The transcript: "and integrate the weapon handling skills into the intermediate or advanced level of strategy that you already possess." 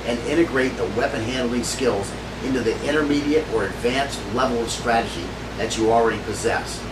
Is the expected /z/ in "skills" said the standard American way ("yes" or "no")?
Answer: yes